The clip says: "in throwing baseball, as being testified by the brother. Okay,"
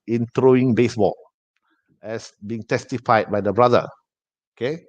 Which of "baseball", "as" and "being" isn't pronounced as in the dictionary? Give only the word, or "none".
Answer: as